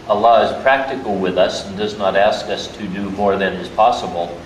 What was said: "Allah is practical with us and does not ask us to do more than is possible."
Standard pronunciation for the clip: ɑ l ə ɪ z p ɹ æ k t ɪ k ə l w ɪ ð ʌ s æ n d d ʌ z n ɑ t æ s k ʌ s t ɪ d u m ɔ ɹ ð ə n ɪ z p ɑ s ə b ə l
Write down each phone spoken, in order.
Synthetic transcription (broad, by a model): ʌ l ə ɪ z p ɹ æ k t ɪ k l w ɪ ð ʌ s n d d ʌ z n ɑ t æ s k ʌ s t ɪ d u m ɔ ɹ ð ə n ɪ z p ɑ s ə b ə l